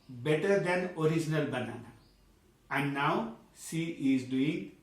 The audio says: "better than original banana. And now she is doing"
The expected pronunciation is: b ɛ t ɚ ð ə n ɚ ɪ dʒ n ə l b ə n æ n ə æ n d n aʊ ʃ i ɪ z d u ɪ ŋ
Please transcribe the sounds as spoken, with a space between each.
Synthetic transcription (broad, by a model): b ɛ t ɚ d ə n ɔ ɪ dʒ n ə l b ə n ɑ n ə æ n n aʊ s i ɪ z d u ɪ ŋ